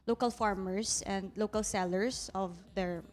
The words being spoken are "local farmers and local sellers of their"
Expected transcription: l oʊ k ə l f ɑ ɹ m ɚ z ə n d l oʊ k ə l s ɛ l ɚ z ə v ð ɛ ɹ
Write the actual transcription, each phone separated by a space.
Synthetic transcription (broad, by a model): l oʊ k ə l f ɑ ɹ m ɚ s ə n d l oʊ k ə l s ɛ l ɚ s ə v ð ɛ ɹ